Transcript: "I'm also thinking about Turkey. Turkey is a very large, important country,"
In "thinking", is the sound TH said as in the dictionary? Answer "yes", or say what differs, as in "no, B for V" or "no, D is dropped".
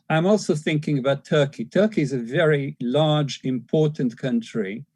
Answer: yes